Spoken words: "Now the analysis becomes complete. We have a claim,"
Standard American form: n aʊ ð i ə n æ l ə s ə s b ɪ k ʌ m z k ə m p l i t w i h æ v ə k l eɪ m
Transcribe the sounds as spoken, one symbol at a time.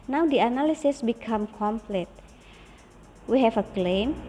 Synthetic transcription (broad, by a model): n aʊ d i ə n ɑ l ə s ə s b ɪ k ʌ m k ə m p l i t w i h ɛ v ə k l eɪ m